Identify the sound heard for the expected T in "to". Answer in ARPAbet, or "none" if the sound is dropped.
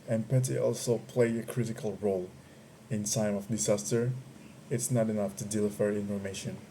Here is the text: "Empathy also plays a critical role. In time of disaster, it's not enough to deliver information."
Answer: T